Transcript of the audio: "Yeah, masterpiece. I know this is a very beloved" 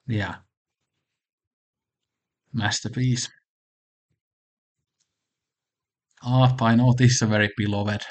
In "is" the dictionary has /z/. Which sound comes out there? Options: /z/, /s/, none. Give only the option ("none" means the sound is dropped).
/s/